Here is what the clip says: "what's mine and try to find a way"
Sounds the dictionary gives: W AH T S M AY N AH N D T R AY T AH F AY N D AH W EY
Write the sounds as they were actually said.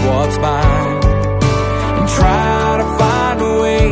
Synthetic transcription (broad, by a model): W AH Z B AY AH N T R AY T AH F AY N D AH W EY